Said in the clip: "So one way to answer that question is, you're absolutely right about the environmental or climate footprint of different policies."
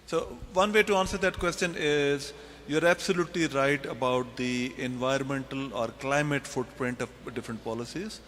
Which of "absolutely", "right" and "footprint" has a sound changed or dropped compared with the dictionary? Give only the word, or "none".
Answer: none